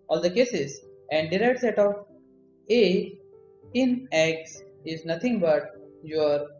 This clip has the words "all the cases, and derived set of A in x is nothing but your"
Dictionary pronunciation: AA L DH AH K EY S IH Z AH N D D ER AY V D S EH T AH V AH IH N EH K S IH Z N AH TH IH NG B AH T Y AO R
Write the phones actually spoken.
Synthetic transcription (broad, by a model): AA L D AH K EY S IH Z AH N D D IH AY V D S EH T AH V AH IH N EH K S IH Z N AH T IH NG B AH T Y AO R